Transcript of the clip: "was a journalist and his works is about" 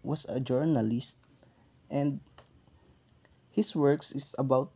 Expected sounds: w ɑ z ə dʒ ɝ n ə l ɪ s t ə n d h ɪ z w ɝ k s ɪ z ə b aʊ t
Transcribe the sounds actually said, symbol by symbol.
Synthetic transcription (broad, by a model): w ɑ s ə dʒ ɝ n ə l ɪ s t ə n d h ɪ s w ɝ k s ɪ s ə b aʊ t